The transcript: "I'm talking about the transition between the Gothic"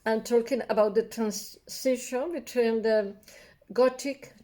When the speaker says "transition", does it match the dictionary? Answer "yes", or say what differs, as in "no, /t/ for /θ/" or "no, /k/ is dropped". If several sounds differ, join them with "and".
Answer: no, /s/ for /z/